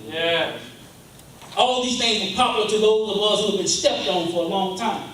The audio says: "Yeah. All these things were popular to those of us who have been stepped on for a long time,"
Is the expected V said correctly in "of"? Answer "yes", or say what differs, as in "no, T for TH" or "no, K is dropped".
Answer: no, B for V